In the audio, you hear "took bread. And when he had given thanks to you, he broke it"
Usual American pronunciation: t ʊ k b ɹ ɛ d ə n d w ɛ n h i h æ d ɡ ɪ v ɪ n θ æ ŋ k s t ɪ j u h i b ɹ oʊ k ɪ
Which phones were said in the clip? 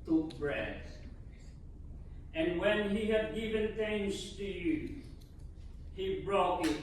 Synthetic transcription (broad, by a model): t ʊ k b ɹ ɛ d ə n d w ɛ n h i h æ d ɡ ɪ v ɪ n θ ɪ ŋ s t ɪ j u h i b ɹ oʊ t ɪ